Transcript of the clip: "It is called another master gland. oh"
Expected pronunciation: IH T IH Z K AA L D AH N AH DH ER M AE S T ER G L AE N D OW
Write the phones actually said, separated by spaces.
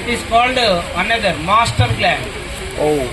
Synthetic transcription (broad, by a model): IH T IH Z K AA L D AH N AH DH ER M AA S T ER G L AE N OW